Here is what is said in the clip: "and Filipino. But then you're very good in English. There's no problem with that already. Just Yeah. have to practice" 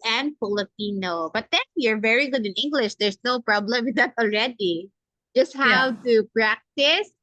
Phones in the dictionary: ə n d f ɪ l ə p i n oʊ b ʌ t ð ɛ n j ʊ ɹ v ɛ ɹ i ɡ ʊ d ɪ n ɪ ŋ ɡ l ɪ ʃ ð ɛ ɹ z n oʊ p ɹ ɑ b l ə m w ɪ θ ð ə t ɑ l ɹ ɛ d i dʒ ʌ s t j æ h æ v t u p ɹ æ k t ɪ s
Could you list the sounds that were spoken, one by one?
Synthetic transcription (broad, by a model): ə n d f ɪ l ə p i n oʊ b ʌ t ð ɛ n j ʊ ɹ v ɛ ɹ i ɡ ʊ d ɪ n ɪ ŋ ɡ l ɪ ʃ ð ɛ ɹ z n oʊ p ɹ ɑ b l ə m w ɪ ð ə t ɑ l ɹ ɛ d i dʒ ʌ s t h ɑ w t u p ɹ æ k t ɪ s